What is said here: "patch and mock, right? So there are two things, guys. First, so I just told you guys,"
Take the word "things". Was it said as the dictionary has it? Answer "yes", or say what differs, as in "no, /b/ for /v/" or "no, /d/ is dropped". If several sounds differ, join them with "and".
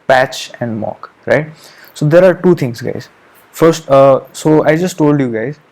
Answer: no, /t/ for /θ/